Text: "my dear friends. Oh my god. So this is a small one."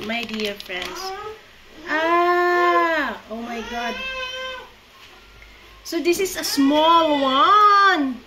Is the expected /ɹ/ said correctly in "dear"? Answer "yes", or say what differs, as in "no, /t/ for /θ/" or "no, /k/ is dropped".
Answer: yes